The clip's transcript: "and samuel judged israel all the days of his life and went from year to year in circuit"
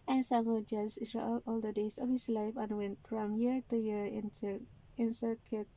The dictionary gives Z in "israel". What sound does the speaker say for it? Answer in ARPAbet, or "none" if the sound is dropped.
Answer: S